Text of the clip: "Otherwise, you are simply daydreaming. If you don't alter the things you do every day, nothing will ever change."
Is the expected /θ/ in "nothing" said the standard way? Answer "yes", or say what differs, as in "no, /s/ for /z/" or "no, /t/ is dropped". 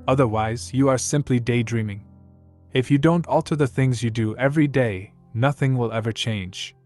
yes